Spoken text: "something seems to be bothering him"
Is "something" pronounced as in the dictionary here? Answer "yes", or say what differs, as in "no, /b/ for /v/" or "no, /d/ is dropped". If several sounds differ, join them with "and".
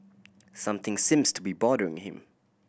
yes